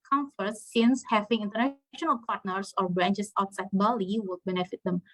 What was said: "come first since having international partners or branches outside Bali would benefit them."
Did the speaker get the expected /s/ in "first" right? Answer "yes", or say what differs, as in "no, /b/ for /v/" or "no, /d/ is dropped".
no, /s/ is dropped